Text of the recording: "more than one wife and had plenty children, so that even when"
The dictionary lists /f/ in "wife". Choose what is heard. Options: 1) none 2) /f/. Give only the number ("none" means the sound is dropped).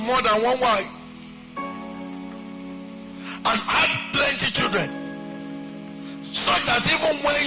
1